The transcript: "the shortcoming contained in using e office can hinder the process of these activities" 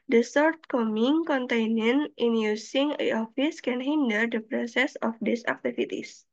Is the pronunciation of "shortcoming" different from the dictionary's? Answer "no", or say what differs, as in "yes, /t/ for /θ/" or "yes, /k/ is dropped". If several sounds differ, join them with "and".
yes, /s/ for /ʃ/